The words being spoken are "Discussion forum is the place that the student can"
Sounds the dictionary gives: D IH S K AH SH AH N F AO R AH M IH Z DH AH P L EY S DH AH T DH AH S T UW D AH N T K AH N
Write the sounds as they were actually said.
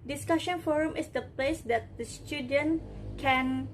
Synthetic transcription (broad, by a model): D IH S K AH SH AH N F AO R AH M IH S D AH P L EY S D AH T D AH S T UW D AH N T K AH N